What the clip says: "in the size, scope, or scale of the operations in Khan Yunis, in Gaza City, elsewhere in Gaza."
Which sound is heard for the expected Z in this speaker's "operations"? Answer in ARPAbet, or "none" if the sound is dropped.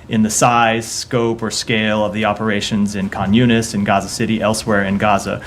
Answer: Z